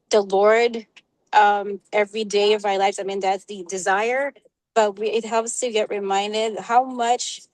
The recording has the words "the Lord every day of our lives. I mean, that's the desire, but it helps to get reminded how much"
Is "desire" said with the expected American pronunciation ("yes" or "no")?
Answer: yes